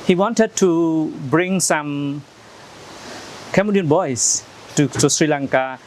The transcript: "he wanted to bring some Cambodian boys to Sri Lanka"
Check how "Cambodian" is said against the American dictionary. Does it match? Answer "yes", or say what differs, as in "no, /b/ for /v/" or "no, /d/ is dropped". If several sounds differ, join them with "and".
no, /b/ is dropped